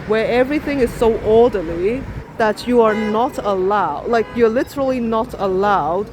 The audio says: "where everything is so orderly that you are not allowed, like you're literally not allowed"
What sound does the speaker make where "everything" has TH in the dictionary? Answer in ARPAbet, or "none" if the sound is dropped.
TH